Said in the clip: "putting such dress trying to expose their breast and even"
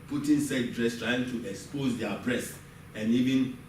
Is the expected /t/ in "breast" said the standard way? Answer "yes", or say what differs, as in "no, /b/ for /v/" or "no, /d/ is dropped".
no, /t/ is dropped